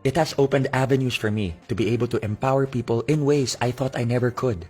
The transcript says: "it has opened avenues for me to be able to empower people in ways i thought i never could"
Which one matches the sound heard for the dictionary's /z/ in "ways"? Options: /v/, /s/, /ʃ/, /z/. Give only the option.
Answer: /s/